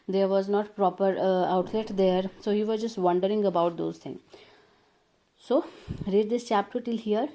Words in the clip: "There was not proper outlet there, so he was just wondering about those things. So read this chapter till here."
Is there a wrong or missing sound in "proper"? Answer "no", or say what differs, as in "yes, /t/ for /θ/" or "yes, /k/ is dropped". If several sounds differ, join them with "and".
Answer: no